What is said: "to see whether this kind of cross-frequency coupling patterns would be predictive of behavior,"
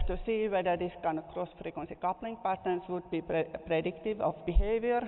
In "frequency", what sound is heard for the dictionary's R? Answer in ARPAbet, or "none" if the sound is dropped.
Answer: R